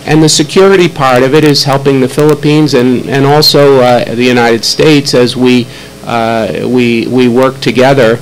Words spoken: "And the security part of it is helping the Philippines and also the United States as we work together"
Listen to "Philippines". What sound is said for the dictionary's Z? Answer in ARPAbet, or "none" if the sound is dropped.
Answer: Z